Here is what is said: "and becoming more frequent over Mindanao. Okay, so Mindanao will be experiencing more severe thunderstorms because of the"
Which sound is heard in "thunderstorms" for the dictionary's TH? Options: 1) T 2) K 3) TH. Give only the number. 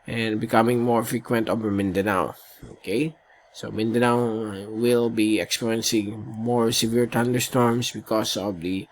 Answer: 1